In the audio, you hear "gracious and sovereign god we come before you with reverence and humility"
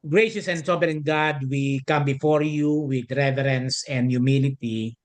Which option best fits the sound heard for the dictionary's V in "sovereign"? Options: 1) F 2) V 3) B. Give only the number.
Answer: 3